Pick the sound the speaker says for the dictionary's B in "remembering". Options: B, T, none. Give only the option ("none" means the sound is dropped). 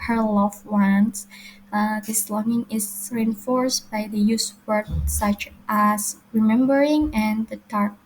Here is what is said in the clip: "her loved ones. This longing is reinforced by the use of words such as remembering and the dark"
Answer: B